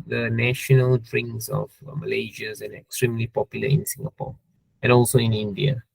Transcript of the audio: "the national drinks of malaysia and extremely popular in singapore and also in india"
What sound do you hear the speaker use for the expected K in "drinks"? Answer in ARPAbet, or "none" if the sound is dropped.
none